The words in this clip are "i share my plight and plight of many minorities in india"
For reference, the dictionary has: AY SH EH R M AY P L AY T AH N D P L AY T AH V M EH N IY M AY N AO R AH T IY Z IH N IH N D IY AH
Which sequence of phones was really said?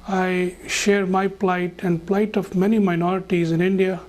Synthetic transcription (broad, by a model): AY SH EH R M AY P L AY T AH N D P L AY T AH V M EH N IY M AY N AO R AH T IY Z IH N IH N D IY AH